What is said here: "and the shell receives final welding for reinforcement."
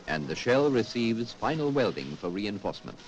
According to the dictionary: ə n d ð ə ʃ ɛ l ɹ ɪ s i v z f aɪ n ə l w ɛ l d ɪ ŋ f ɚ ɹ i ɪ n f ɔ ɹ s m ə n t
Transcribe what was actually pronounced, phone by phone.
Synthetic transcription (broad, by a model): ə n ð ə ʃ ɛ l ɹ ɪ s i v z f aɪ n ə l w ɛ l d ɪ ŋ f ɚ ɹ i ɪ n f ɔ ɹ s m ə n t